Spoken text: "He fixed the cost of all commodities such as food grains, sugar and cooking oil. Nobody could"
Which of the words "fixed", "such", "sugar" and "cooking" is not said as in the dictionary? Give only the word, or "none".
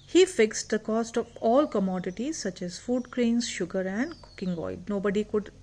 none